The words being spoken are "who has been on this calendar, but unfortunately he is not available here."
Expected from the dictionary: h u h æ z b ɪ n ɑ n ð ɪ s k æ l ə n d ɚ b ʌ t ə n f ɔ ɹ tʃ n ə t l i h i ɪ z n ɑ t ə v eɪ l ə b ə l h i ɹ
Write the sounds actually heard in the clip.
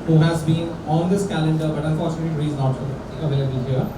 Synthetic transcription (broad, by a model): h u h æ z b ɪ n ɑ n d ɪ s k æ l ə n d ɚ b ʌ t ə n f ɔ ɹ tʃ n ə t i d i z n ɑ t ə v eɪ l ə b ə l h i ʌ